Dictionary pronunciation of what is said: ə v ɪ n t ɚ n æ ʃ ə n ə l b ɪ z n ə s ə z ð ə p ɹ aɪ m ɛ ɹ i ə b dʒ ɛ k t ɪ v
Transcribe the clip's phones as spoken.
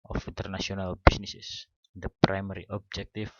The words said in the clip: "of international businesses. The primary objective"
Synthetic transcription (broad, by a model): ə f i n t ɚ n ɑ s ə n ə l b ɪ s n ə s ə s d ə p ɹ aɪ m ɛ ɹ i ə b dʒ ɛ k t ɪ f